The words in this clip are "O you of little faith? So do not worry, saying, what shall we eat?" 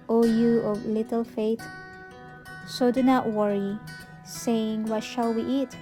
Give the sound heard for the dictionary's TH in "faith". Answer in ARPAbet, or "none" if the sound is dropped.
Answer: T